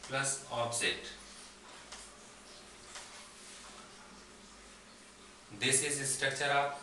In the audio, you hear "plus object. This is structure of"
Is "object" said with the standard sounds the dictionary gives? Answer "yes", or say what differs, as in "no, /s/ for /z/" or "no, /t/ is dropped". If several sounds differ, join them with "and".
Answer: no, /k/ is dropped